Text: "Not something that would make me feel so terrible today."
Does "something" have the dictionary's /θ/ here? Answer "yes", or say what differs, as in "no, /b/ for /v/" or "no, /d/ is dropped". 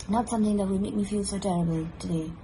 yes